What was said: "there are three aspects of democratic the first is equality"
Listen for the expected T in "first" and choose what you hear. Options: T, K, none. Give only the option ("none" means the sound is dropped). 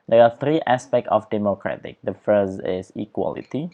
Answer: none